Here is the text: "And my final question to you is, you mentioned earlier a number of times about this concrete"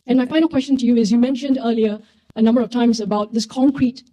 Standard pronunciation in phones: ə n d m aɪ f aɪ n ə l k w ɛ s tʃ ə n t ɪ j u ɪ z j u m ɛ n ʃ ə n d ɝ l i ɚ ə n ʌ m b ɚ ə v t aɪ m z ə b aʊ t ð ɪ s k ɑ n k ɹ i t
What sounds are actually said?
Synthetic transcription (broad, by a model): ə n m aɪ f aɪ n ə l k w ɛ s tʃ ə n t ɪ j u ɪ z j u m ɛ n ʃ ə n d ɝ l i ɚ ə n ʌ m b ɚ ə v t aɪ m z ə b aʊ t ð ɪ s k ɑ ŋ k ɹ i t